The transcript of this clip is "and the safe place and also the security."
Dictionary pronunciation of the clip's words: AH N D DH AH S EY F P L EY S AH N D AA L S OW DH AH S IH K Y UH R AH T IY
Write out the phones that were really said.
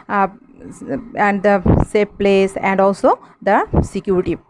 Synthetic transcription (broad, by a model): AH N D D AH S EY P P L EY S AH N D AA L S OW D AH S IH K Y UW R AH T IY